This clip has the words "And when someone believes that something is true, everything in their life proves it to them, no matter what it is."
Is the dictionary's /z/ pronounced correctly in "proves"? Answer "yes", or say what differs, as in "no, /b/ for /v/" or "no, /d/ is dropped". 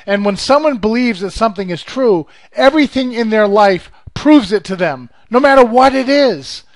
yes